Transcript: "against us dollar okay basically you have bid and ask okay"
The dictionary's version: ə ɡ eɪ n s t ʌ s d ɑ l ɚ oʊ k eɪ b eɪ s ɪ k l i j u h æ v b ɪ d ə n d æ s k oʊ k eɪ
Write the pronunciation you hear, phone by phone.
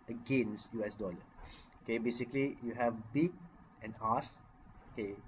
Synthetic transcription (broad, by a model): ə ɡ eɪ n s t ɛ s d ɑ l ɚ oʊ k eɪ b eɪ s ɪ k l i j u h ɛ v b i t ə n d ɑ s oʊ k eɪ